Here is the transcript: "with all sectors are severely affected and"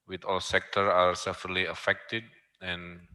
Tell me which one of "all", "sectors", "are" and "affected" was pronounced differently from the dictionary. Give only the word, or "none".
sectors